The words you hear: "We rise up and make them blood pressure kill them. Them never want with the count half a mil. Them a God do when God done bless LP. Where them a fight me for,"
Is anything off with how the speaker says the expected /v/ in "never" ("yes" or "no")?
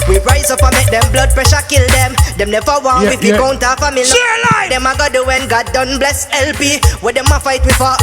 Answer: yes